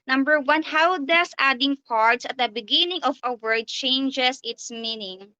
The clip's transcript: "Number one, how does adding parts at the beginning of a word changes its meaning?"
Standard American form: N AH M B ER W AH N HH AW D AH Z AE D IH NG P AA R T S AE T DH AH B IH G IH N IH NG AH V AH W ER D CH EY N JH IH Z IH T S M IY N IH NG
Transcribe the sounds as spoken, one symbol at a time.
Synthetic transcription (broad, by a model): N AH M B ER W AH N HH AW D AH S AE D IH NG P AA R T S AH T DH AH B IH G IH N IH NG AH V AH W ER D CH EY N JH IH S IH T S M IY N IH NG